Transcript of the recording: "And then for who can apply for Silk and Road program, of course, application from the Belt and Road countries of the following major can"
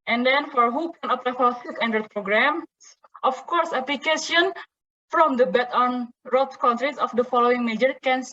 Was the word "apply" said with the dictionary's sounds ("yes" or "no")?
no